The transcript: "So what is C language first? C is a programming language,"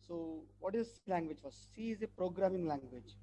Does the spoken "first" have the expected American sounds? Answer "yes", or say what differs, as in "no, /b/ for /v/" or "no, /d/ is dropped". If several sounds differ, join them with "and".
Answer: no, /s/ is dropped